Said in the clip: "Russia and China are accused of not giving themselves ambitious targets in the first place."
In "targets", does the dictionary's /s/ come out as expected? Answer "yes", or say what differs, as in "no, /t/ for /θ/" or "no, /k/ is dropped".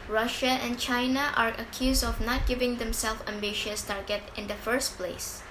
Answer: no, /s/ is dropped